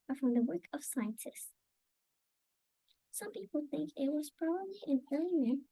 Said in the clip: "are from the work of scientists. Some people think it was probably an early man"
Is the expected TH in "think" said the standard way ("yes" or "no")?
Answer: yes